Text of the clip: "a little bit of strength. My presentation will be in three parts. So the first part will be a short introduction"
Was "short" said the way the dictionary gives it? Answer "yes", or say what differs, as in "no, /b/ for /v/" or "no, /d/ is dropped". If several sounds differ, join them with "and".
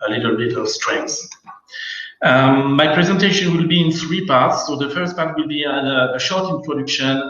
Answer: yes